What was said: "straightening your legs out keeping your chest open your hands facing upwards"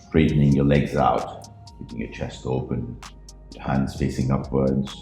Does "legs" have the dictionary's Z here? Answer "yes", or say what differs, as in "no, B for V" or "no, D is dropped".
yes